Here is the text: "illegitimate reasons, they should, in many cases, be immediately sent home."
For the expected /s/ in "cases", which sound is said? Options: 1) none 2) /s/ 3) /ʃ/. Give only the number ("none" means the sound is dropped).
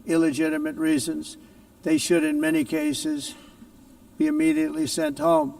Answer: 2